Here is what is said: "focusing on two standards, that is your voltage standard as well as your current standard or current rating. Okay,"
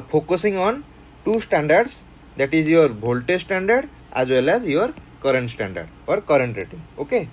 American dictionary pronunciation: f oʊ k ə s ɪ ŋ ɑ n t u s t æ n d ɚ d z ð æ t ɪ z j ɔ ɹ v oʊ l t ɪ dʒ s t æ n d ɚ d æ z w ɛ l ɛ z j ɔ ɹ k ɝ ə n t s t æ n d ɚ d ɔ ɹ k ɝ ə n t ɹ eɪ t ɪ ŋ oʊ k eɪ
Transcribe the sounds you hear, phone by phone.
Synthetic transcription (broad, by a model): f oʊ k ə s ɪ ŋ ɑ n t u s t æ n d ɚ d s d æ t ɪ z j ɔ ɹ b oʊ l t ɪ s t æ n d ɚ d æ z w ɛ l ɛ z j ɔ ɹ k ɝ ə n t s t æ n d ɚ d ɔ ɹ k ɝ ə n t ɹ eɪ t ɪ ŋ oʊ k eɪ